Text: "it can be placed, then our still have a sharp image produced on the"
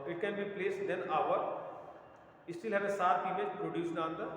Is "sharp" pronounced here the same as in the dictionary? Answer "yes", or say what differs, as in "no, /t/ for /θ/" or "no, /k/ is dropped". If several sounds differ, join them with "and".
no, /s/ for /ʃ/